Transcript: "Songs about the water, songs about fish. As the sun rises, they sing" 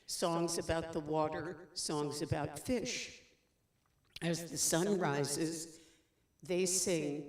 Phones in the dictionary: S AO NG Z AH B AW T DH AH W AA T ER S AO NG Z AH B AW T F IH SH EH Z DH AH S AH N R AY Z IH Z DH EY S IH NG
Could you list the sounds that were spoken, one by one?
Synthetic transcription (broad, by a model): S AO NG Z AH B AW T DH AH W AA T ER S AO NG Z AH B AW T F IH SH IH Z DH AH S AH N R AY Z IH Z DH EY S IH NG